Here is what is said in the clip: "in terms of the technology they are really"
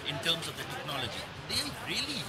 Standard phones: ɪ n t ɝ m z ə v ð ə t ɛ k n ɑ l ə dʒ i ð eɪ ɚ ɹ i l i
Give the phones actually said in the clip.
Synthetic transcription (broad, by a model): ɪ n t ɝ m s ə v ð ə t ɛ k n ɑ l ə dʒ i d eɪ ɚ ɹ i l i